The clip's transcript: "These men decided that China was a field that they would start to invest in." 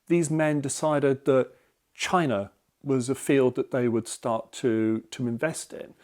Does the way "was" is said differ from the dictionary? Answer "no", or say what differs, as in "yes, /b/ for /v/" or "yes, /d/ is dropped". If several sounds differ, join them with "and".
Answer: no